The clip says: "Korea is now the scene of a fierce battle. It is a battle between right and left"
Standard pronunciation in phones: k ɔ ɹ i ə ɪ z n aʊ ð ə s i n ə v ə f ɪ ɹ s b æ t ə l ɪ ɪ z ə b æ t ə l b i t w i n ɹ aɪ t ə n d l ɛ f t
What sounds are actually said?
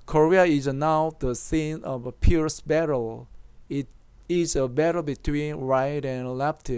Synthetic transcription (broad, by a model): k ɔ ɹ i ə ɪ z n aʊ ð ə s i n ə v ə p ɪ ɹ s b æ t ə l ɪ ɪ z ə b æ t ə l b i t w i n ɹ aɪ t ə n l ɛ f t